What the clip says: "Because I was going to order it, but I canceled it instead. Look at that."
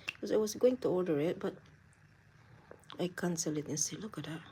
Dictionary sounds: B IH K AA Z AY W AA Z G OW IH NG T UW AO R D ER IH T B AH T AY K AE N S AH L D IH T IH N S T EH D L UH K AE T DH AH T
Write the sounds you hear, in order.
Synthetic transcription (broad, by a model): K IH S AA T W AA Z G OW IH NG T UW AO L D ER IH T B AH T AY K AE N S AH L IH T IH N S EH L UH K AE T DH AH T